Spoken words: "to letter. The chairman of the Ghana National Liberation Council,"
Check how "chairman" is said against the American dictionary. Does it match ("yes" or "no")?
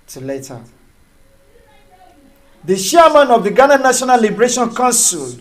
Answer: no